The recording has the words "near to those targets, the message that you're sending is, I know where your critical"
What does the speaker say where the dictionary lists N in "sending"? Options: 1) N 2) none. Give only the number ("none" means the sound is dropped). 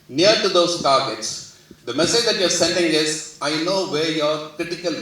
1